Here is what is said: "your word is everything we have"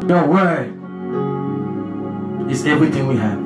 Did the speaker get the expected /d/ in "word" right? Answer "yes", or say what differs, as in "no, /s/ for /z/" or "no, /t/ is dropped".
no, /d/ is dropped